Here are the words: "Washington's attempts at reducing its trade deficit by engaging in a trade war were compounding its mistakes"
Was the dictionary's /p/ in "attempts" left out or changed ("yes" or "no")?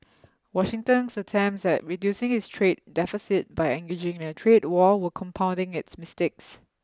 yes